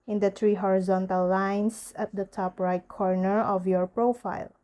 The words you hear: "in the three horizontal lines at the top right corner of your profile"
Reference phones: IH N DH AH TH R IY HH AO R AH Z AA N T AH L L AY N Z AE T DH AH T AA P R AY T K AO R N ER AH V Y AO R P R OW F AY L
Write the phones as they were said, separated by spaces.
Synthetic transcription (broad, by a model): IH N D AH T R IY HH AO R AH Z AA N T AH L L AY N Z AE T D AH T AA P R AY T K AO R N ER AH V Y AO R P R OW F AY L